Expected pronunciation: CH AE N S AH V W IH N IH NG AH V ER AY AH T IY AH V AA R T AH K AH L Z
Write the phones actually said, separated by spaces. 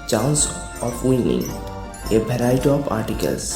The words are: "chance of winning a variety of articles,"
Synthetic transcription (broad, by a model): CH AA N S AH P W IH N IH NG AH B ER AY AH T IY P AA R T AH K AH L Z